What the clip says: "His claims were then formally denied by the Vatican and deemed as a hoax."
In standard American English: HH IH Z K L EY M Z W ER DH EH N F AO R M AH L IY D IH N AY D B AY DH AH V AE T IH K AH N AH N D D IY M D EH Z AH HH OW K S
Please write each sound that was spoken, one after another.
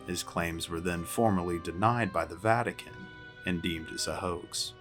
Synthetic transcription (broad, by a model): HH IH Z K L EY M Z W ER DH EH N F AO R M AH L IY D IH N AY D B AY DH AH V AE T IH K AH N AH N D D IY M D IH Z AH HH OW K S